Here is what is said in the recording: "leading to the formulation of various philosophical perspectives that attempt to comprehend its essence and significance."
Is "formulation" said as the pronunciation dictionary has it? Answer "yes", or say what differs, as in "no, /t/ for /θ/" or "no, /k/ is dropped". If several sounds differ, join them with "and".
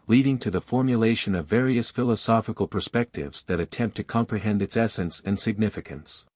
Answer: yes